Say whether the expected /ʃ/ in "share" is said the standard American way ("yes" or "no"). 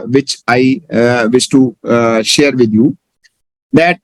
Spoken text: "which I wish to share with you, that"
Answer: yes